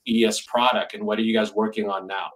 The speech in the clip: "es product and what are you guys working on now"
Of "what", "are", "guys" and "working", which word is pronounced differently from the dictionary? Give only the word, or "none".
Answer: none